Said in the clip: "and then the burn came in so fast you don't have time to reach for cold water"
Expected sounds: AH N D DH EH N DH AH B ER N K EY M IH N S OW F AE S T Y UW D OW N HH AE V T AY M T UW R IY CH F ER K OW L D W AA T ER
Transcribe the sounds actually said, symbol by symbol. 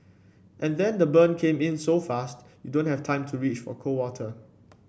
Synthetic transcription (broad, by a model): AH N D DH EH N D AH B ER N K EY M IH N S OW F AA S T Y UW D OW N HH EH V T AY M T UW R IY CH F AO K OW W AA T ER